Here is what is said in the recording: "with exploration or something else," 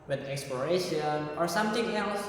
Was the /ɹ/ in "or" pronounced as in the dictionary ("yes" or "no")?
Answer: yes